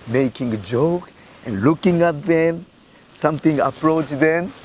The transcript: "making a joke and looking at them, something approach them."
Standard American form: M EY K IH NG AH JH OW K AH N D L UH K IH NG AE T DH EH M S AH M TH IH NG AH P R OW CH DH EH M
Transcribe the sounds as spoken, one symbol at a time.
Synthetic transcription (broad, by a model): M EY K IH NG AH JH OW K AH N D L UH K IH NG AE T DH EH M S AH M T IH NG AH P R OW CH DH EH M